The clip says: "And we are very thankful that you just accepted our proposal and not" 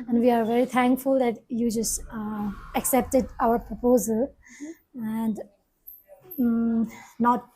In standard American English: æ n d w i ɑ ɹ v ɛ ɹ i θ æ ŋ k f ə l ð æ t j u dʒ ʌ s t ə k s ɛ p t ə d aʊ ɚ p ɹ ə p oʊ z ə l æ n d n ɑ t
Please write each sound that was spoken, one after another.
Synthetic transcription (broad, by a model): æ n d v i ɑ ɹ v ɛ ɹ i t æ ŋ k f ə l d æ t j u dʒ ʌ s t ə k s ɛ p t ə d aʊ ɚ p ɹ ə p oʊ z ə l æ n d n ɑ t